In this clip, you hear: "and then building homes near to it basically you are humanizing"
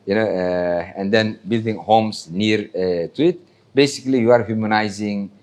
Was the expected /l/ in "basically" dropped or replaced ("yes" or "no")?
no